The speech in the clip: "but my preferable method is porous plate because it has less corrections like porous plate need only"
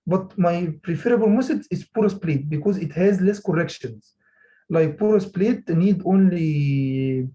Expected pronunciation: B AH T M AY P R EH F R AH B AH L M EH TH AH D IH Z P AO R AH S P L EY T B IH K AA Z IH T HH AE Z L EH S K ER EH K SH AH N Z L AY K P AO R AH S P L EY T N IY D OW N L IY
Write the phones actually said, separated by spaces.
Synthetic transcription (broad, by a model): B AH T M AY P R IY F R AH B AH L M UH S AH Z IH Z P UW R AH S P L EY T B IH K AA Z IH T HH AE Z L EH S K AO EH K SH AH N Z L AY K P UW R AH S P L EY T N IY D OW N L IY